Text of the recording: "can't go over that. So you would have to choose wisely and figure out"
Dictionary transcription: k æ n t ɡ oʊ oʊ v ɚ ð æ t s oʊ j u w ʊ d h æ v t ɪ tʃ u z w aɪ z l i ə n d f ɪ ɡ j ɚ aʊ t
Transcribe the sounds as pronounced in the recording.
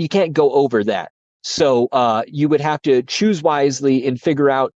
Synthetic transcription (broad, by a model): k æ n ɡ oʊ oʊ v ɚ ð æ t s oʊ j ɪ w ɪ d h æ f t ɪ tʃ u z w aɪ z l i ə n f ɪ ɡ j ɚ aʊ t